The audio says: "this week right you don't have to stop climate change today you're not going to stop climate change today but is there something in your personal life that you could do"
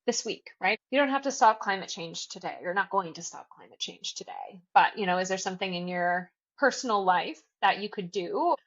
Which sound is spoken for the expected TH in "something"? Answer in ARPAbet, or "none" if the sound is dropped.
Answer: TH